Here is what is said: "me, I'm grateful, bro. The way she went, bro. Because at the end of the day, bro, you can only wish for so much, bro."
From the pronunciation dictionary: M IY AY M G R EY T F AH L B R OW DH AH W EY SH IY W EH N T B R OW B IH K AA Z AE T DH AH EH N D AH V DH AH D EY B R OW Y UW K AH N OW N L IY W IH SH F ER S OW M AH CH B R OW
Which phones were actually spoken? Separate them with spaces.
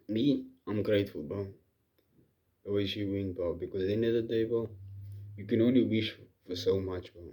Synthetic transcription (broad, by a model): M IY AY M G R EY T F AH L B OW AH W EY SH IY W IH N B OW B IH K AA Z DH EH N AH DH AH D EY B OW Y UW K AH N OW N L IY W IH SH F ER S OW M AH CH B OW